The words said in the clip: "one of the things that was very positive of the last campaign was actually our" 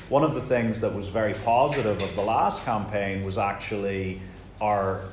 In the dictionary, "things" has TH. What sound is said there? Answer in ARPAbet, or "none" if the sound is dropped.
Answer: TH